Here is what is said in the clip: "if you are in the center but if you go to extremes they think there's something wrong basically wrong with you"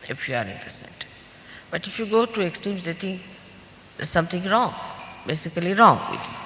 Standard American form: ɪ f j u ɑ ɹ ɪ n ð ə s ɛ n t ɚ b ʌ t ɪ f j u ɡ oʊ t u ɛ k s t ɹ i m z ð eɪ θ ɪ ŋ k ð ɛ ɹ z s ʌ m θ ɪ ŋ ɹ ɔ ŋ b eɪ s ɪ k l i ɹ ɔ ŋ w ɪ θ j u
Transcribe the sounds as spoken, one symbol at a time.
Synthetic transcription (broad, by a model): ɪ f j u ɑ ɹ ɪ n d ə s ɛ n t ɚ b ʌ t ɪ f j u ɡ oʊ t u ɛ k s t i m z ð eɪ t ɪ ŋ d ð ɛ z s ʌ m t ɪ ŋ ɹ ɔ ŋ b eɪ s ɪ k l i ɹ ɔ ŋ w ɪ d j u